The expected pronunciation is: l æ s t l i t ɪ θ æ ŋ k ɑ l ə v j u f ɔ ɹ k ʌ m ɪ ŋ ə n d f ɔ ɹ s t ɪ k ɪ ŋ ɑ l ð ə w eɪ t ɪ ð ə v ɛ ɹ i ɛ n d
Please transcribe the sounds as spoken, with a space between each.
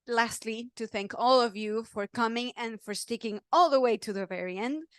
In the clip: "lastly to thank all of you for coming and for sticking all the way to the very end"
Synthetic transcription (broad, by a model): l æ s t l i t ɪ θ æ ŋ k ɑ l ə v j u f ɔ ɹ k ʌ m ɪ ŋ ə n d f ɔ ɹ s t ɪ k ɪ ŋ ɑ l ð ə w eɪ t ɪ ð ə v ɛ ɹ i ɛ n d